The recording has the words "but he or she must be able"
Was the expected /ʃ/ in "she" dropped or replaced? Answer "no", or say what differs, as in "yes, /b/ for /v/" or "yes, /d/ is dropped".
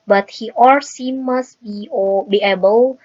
yes, /s/ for /ʃ/